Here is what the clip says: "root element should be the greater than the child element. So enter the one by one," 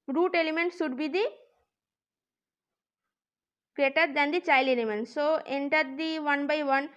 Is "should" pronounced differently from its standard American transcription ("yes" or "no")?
yes